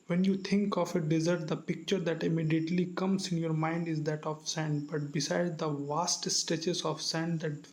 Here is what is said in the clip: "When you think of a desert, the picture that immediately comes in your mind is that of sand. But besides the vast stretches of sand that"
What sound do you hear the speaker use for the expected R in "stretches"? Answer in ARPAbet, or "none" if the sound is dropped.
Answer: none